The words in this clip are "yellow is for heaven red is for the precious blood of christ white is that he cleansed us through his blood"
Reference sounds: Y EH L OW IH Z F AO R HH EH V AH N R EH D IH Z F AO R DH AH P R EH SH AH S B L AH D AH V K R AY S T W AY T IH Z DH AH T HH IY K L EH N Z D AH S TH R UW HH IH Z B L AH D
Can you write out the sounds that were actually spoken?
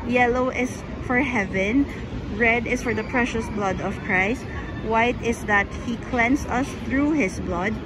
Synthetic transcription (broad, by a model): Y EH L OW IH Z F AO R HH EH V AH N R EH D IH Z F AO R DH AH P R EH SH AH S B L AH D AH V K R AY S T W AY T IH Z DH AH T HH IY K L EH N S AH S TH R UW HH IH S B L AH D